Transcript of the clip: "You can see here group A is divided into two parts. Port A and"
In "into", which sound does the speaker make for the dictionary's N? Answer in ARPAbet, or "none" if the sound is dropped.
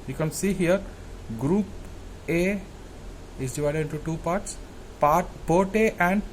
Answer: N